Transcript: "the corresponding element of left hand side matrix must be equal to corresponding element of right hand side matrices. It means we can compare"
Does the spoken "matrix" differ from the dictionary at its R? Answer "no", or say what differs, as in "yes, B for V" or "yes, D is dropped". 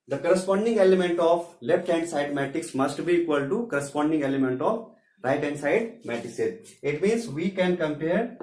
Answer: yes, R is dropped